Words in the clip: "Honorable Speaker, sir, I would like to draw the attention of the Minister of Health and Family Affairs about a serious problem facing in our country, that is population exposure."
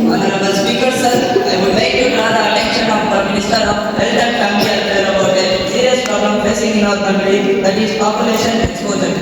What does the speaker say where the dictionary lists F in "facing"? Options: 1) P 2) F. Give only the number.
1